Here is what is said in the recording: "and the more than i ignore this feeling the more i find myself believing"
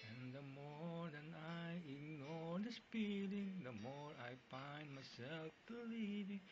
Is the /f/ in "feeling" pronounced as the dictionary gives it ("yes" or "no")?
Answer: no